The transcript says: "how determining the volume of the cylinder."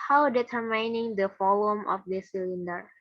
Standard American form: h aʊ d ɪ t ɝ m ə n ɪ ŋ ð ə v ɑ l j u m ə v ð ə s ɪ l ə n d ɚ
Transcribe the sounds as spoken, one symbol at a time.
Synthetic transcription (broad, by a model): h aʊ d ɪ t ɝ m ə n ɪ ŋ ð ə f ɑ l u m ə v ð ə s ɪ l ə n d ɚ